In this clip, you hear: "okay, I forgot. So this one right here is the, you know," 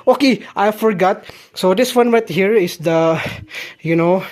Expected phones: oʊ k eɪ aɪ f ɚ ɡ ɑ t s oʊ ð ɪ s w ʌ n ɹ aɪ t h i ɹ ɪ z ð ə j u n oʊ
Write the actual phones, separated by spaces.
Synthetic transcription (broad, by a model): oʊ k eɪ aɪ f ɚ ɡ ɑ t s oʊ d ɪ s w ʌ n w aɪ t h i ɹ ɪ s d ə j u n oʊ